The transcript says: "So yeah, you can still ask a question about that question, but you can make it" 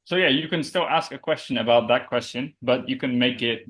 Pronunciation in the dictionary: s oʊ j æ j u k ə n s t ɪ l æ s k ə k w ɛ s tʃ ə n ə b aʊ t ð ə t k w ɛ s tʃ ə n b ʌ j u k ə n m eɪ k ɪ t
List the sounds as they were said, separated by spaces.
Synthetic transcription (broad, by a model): s oʊ j æ j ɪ k ə n s t ɪ l æ s k ə k w ɛ s tʃ ə n ə b aʊ t ð ə t k w ɛ s tʃ ə n b ʌ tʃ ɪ k ə n m eɪ k ɪ t